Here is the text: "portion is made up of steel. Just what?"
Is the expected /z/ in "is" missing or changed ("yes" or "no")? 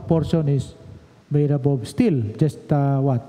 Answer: yes